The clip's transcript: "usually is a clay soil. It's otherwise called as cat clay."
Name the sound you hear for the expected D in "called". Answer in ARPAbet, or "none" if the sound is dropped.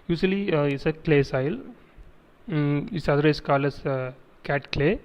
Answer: none